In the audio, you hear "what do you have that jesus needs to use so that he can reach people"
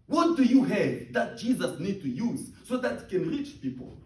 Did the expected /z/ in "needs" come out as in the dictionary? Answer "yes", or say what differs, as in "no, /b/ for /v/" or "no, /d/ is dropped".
no, /z/ is dropped